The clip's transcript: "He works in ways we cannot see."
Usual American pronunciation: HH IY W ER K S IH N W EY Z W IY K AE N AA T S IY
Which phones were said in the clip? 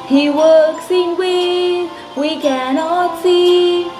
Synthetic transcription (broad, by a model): HH IY W ER K S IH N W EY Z W IY K AE N AA T S IY